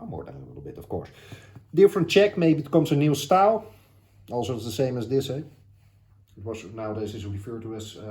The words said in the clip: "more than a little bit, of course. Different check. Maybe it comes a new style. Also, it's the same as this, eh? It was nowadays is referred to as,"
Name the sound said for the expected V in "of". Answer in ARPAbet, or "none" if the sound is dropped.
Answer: F